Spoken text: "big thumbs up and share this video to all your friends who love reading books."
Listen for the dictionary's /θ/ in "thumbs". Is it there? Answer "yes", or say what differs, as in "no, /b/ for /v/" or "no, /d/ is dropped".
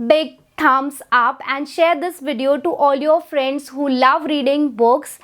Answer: no, /t/ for /θ/